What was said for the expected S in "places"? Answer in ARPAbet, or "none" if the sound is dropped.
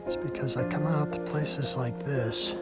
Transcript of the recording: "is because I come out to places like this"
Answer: S